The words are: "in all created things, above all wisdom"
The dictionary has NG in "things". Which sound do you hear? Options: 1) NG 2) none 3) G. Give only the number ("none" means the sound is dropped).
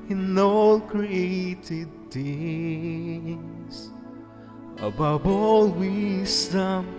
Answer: 2